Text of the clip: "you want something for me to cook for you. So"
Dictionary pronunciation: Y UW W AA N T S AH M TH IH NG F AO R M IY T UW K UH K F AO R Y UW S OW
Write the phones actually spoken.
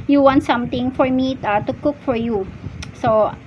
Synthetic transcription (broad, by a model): Y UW W AA N T S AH M T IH NG F AO R M IY T UW K UH K F AO R Y UW S OW